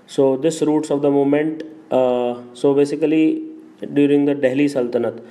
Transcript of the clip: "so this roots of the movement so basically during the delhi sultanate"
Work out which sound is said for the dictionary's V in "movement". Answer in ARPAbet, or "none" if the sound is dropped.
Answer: none